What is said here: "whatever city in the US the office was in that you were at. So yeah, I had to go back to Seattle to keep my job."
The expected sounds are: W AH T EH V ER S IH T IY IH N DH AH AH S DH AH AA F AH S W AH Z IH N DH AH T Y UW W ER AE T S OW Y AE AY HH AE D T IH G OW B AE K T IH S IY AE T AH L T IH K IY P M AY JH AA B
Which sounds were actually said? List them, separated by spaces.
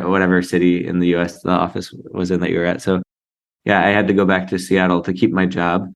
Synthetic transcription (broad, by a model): W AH T EH V ER S IH T IY IH N DH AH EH S DH AH AA F AH S W AH Z IH N DH AH T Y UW W ER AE T S OW Y AE AY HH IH D T IH G OW B AE K T IH S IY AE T L T IH K IY P M AY JH AA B